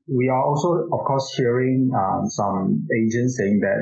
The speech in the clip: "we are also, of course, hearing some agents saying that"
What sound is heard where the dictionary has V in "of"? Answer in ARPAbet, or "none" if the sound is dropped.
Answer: F